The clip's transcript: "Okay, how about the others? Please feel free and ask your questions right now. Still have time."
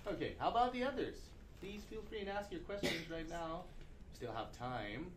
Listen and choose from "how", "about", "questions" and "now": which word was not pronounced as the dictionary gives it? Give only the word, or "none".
none